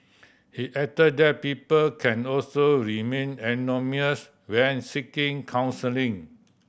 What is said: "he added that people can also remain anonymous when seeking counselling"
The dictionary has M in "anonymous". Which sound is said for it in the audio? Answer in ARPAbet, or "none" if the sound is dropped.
none